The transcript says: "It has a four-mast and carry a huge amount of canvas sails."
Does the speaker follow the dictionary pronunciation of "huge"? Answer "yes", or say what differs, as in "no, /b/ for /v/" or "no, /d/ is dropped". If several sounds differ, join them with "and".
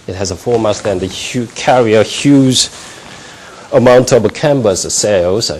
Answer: no, /z/ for /dʒ/